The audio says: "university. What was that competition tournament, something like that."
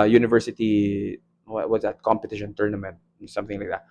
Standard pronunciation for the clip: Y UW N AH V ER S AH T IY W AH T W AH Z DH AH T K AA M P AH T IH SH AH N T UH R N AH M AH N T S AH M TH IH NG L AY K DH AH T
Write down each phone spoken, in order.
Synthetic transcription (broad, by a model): Y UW N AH V ER S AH T IY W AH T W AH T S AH T K AA M P AH T IH SH AH N T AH R N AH M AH N T S AH M TH IH NG L AY K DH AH T